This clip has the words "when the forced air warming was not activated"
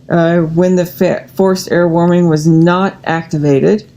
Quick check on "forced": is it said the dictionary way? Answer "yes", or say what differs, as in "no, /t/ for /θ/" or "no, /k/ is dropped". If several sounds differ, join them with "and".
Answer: yes